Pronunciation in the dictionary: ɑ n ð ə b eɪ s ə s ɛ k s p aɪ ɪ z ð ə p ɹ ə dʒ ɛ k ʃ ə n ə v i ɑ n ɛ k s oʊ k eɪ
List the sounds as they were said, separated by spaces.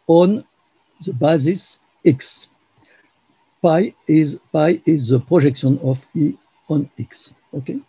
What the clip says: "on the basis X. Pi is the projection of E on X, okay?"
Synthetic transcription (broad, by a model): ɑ n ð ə b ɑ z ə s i k s p aɪ ɪ z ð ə p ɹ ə ʒ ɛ k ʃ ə n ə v i ɑ n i k s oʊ k eɪ